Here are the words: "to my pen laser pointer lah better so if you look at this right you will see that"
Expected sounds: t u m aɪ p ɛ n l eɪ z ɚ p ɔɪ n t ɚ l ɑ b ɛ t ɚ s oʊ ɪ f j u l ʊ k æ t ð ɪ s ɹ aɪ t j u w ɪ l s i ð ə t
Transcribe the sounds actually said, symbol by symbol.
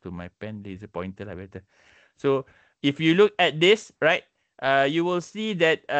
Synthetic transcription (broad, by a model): t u m aɪ p ɛ n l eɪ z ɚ p ɔɪ n t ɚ l ɑ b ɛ t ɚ s oʊ ɪ f j u l ʊ k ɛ t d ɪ s ɹ aɪ t j u w ɪ l s i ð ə t